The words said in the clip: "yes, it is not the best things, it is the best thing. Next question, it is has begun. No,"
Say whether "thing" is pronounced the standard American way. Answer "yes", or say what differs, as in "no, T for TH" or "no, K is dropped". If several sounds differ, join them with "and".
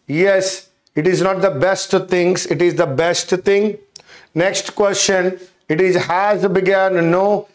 no, T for TH